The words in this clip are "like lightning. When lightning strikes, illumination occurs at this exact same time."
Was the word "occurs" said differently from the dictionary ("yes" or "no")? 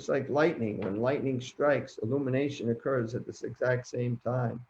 no